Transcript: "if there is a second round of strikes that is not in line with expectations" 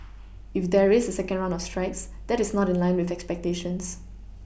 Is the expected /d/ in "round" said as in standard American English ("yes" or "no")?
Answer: no